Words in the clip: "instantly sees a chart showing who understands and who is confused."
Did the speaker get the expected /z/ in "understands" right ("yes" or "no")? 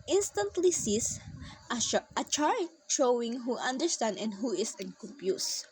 no